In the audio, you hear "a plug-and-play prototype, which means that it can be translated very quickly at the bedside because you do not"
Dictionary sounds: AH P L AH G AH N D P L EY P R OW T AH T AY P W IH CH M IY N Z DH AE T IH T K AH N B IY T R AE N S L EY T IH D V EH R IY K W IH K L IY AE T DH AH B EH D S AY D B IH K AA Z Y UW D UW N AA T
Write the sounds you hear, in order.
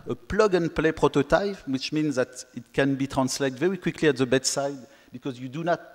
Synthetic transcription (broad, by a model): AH P L AH G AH N P L EY P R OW T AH T AY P W IH CH M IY N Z DH AE T IH T K AH N B IY T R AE N S L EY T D V EH R IY K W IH K L IY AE T DH AH B EH D S AY D B IH K AA Z Y UW D UW N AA T